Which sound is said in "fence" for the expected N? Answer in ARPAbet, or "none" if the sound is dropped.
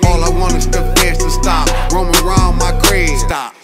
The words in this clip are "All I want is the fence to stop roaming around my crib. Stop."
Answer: none